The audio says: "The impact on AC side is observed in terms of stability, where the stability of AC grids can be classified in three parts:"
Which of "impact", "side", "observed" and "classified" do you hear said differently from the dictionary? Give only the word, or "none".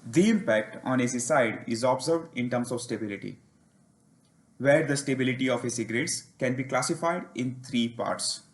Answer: none